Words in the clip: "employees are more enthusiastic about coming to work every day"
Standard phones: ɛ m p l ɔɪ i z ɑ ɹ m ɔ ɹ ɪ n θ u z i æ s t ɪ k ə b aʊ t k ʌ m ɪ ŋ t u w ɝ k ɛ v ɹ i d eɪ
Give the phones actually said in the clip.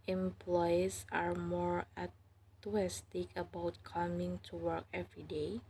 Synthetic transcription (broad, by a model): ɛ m p l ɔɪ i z ɑ ɹ m ɔ ɹ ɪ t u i s t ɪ k ə b aʊ t k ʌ m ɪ ŋ t u w ɝ k ɛ v ɹ i d eɪ